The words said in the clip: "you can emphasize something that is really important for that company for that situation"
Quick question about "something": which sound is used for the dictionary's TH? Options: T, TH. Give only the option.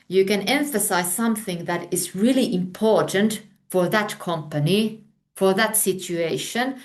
TH